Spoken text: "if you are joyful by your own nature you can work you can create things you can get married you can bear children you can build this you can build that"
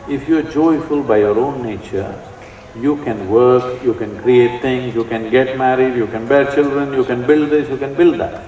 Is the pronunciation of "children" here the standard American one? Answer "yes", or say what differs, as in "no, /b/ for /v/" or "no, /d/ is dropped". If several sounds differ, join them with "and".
yes